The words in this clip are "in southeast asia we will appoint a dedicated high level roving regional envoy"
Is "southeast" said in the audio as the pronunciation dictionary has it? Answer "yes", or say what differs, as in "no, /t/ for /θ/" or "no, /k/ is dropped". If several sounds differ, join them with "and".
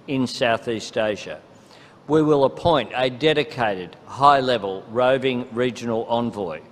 yes